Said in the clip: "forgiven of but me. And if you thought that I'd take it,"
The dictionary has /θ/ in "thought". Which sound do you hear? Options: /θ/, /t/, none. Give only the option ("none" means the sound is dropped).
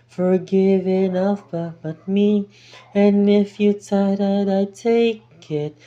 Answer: /t/